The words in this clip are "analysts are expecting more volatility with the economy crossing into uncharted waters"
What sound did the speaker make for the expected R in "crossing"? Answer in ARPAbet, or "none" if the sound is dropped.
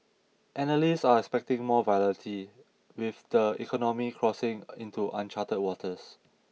R